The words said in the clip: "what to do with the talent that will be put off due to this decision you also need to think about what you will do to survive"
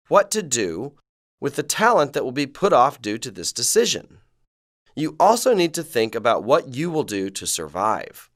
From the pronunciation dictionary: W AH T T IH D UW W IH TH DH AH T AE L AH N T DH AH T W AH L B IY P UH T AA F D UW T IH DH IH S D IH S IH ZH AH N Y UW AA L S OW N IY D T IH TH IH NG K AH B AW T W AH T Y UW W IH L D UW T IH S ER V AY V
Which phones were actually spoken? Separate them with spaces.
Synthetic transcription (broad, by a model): W AH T T IH D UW W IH DH AH T AE L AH N DH AH T W AH L B IY P UH T AA F D UW T IH DH IH S D IH S IH ZH AH N Y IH AA L S OW N IY D T IH TH IH NG K AH B AW T W AH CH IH W IH L D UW T IH S ER V AY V